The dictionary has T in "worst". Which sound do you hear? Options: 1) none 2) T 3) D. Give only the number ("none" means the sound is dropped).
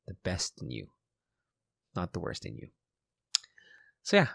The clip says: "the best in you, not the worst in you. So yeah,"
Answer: 2